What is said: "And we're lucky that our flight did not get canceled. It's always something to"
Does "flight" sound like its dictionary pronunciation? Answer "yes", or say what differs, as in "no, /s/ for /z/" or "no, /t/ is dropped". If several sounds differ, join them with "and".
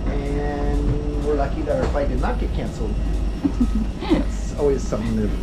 no, /l/ is dropped